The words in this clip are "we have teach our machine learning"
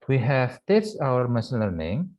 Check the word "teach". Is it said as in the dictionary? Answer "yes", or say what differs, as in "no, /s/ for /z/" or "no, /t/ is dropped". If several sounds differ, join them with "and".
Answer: no, /s/ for /tʃ/